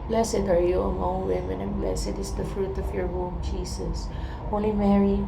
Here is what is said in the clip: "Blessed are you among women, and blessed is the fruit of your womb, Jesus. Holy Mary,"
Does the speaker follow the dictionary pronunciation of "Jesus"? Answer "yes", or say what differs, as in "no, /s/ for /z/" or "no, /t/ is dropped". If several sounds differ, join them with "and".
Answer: no, /s/ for /z/